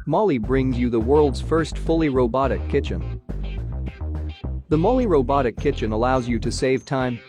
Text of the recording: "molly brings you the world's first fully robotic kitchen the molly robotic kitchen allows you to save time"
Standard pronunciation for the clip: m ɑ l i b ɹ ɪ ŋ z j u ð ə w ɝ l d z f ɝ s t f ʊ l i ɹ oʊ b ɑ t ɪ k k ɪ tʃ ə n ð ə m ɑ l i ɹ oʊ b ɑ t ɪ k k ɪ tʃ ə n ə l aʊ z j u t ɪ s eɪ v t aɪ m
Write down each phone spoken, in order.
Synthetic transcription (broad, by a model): m ɑ l i b ɹ ɪ ŋ z j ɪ ð ə w ɝ l d z f ɝ s t f ʊ l i ɹ oʊ b ɑ t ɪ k k ɪ tʃ ə n ð ə m ɑ l i ɹ oʊ b ɑ t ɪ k k ɪ tʃ ə n ə l aʊ z j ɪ t ɪ s eɪ v t aɪ m